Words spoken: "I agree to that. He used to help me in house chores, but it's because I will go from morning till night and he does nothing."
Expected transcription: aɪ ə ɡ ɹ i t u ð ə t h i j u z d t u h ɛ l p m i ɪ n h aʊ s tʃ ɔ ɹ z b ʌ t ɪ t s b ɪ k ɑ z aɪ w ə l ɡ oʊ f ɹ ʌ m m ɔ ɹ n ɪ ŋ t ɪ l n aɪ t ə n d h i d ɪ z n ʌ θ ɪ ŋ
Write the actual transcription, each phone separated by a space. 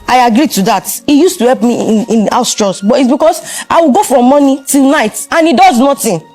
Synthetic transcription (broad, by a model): aɪ ə ɡ ɹ i t u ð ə t h i j u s t u h ɛ l p m i ɪ n aʊ s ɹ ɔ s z b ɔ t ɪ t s b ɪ k ɑ s aɪ w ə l ɡ oʊ f ɹ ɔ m m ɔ n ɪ t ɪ l n aɪ t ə n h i d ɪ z n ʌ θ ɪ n